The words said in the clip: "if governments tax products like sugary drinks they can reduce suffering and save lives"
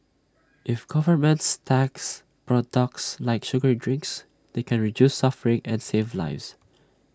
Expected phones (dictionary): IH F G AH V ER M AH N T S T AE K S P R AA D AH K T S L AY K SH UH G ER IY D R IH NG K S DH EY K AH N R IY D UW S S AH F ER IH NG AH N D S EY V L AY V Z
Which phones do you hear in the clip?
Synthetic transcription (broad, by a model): IH F G AH V ER M AH N T S T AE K S P R AA D AH K T S L AY K SH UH G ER D R IH NG K S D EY K AH N R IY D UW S S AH F ER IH NG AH N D S EY V L AY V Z